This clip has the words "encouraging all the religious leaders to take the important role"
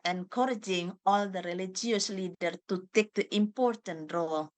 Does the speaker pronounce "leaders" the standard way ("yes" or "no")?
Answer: no